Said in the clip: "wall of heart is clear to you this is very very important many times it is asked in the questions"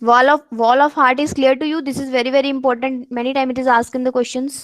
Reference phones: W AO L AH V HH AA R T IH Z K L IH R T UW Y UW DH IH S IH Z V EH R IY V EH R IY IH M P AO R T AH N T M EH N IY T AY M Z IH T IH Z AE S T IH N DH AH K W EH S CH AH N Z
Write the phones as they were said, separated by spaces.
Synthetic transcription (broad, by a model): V AO L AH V HH AA R T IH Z K L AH R T UW Y UW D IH S IH Z V EH R IY V EH R IY IH M P AO R T AH N T M EH N IY T AY M IH T IH Z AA S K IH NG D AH K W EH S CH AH N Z